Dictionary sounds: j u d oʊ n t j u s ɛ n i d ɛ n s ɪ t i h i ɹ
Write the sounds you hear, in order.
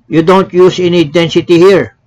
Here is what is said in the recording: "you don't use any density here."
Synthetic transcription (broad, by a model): j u d oʊ n t j u s ɛ n i d ɛ n s ɪ t i h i ɹ